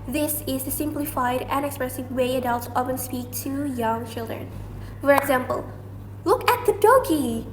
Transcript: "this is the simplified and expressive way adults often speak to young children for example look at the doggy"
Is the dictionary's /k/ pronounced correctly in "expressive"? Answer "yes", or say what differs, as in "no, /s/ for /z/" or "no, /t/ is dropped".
yes